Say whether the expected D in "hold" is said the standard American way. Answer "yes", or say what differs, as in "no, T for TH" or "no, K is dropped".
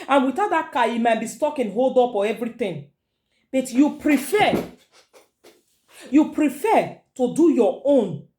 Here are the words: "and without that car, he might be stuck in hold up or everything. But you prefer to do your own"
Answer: yes